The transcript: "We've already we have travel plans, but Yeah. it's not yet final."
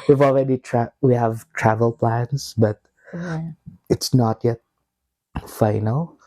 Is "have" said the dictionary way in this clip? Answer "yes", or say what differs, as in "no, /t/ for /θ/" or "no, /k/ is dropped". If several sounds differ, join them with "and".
yes